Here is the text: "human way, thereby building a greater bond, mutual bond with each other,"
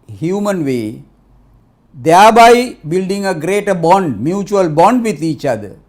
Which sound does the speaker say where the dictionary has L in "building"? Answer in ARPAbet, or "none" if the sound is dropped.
L